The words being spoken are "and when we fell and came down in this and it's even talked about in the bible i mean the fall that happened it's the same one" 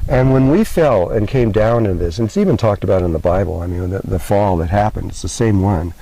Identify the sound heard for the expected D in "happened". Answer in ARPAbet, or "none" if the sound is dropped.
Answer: D